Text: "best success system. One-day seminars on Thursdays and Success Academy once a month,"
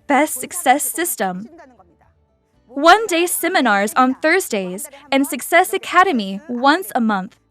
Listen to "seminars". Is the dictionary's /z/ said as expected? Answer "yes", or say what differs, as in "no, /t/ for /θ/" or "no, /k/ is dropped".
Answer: yes